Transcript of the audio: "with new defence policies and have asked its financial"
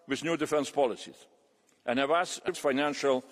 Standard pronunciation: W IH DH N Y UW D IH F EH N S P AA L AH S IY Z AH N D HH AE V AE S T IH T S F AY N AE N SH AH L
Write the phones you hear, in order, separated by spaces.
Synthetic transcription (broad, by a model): W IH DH N Y UW D IH F EH N S P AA L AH S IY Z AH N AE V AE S IH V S F AY N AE N SH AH L